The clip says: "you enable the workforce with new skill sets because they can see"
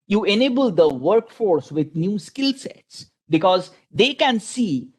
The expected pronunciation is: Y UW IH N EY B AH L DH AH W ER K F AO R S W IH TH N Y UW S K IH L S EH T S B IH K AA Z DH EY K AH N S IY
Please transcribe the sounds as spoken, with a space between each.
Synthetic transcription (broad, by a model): Y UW IH N EY B AH L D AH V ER K F AO R S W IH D N Y UW S K IH L S EH T S B IH K AA Z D EY K AH N S IY